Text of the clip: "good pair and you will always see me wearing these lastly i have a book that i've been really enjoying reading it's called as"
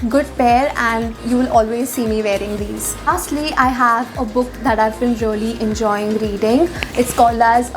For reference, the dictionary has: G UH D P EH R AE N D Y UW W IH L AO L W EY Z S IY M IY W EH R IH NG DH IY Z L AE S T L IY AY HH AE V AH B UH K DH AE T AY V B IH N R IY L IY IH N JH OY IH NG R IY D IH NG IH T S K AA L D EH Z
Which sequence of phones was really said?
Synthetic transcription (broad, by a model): G UH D P EH R AE N D Y UW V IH L AO L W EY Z S IY M IY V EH R IH NG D IY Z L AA S T L IY AY HH AE V AH B UH K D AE T AY V B IH N R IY L IY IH N JH OY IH NG R IY D IH NG IH T S K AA L AH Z